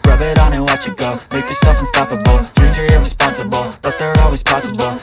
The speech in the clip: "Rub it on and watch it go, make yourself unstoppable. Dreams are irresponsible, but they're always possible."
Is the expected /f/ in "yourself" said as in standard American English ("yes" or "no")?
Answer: yes